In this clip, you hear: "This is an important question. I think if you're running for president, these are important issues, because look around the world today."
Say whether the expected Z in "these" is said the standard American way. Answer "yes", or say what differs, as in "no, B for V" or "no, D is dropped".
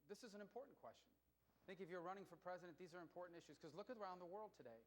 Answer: yes